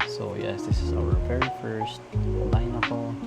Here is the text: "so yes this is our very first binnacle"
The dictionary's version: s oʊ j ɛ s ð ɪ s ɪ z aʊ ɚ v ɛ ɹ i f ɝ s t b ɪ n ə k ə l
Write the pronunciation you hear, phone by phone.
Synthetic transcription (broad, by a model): s oʊ j ɛ s ð ɪ s ɪ z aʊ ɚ p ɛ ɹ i f ɝ s t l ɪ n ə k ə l